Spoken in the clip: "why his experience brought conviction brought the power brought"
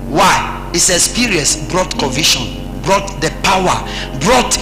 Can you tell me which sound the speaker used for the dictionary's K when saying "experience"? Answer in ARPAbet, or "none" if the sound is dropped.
none